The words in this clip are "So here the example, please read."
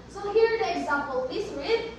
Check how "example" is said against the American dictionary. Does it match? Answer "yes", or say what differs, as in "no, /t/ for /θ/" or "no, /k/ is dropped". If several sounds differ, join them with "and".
yes